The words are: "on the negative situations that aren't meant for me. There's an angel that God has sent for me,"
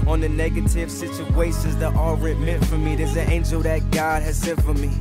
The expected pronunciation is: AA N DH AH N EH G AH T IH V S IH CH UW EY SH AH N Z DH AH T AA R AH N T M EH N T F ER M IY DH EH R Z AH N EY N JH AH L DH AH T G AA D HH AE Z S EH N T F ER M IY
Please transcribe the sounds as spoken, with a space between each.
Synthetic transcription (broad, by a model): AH N DH AH N EH G AH T IH V S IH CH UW EY S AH Z DH AH T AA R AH T M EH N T F ER M IY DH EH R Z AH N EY N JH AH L DH AH T G AA D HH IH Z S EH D F ER M IY